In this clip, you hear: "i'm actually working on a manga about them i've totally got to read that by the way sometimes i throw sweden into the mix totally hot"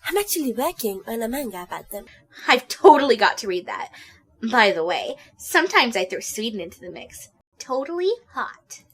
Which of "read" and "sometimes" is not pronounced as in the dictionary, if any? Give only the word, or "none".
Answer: none